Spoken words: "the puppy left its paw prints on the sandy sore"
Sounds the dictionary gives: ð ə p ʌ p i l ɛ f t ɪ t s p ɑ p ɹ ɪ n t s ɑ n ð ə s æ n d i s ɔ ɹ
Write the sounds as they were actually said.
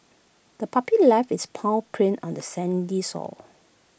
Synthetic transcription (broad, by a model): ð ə p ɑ p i l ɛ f ɪ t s p ɑ p ɹ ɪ n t ɑ n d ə s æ n d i s ɔ l